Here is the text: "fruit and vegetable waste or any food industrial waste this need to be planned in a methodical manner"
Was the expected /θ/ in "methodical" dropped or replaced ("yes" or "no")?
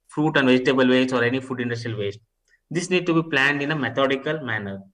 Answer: yes